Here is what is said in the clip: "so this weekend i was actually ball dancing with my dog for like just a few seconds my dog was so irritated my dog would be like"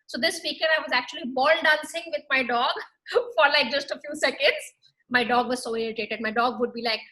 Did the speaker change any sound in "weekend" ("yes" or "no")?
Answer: yes